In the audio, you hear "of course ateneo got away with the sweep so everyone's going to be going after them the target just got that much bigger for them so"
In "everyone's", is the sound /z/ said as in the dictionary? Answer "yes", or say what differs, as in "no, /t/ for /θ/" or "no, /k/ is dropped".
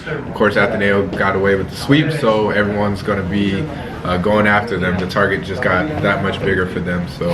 yes